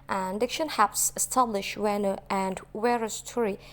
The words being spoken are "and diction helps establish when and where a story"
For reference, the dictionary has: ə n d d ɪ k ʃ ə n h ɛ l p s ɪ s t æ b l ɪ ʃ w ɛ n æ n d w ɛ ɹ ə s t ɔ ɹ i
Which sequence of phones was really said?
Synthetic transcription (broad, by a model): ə n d d ɪ k ʃ ə n h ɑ p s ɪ s t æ b l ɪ ʃ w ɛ n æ n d w ɛ ɹ ə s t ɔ ɹ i